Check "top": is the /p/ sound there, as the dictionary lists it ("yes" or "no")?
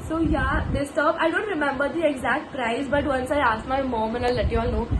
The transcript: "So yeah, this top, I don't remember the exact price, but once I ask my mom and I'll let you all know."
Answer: no